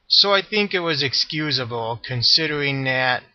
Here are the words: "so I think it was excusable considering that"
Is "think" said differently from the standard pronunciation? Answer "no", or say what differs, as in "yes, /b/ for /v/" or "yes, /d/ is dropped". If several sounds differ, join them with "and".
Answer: no